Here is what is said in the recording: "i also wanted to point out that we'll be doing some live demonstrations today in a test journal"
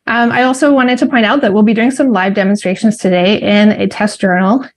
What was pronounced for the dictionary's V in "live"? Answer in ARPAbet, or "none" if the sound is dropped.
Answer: V